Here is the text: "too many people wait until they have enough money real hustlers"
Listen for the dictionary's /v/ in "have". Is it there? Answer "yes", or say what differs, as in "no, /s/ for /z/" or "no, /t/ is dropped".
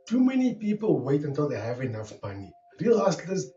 yes